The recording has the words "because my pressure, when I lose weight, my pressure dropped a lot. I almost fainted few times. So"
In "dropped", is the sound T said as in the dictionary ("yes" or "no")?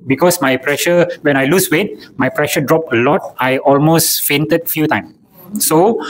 no